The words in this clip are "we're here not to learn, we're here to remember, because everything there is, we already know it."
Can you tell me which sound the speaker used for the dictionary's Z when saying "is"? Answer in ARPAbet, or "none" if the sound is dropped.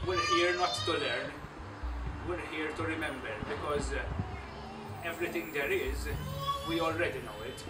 Z